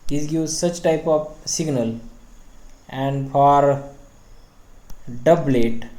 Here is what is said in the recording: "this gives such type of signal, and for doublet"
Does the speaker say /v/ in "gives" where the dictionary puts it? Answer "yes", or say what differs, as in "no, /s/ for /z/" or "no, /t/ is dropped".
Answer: no, /v/ is dropped